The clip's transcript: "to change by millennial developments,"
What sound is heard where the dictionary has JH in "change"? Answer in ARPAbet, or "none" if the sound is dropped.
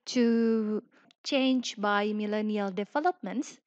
JH